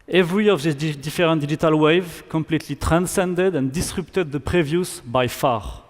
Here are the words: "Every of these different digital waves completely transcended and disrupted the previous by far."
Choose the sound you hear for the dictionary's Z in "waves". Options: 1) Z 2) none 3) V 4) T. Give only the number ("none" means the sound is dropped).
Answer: 2